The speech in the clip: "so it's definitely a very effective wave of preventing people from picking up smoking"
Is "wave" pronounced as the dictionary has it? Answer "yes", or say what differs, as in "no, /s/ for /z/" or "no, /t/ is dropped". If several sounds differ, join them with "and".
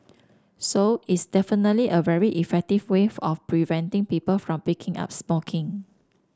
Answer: no, /v/ is dropped